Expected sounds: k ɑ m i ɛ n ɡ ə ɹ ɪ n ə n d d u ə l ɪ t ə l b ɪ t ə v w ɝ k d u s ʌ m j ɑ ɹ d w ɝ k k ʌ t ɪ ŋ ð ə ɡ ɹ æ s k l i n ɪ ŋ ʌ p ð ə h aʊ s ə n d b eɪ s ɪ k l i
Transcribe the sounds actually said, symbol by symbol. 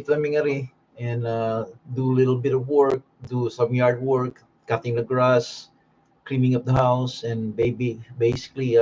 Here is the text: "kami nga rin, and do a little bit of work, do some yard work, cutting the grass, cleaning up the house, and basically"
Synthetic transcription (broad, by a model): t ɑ m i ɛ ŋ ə ɹ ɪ ə n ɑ d u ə l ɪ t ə l b ɪ t ə v w ɝ k d u s ʌ m j ɑ ɹ d w ɝ k k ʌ t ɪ ŋ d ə ɡ ɹ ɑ s k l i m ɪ ŋ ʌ p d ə h aʊ s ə n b b eɪ s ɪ k l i